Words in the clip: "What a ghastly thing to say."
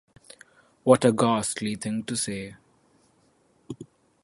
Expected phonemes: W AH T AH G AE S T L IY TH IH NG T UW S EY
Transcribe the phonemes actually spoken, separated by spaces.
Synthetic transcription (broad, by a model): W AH T AH G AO S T L IY T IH NG T UW S EY